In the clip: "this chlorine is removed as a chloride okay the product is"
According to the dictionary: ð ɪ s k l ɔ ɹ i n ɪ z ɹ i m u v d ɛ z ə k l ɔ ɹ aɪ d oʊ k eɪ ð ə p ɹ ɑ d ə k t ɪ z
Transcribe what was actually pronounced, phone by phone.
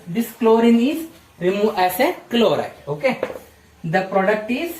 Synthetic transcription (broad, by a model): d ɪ s k l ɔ ɹ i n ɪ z ɹ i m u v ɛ s ə k l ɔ ɹ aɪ oʊ k eɪ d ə p ɹ ɑ d ə k t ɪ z